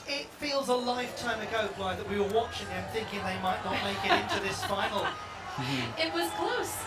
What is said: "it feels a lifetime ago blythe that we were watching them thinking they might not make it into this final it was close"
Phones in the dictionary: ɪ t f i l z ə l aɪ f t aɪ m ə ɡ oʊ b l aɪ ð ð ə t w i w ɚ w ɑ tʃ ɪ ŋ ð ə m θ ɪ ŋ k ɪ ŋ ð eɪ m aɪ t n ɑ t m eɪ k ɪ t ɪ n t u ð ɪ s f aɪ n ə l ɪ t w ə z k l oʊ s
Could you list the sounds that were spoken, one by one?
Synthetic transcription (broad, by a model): ɪ t f i l z ə l aɪ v t aɪ m ə ɡ oʊ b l aɪ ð ð ə t w i w ɚ w ɑ tʃ ɪ ŋ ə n θ ɪ ŋ k ɪ ŋ ð eɪ m aɪ t n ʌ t m eɪ k ɪ t ɪ n t u ð ɪ s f aɪ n l ɪ t w ə z k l oʊ s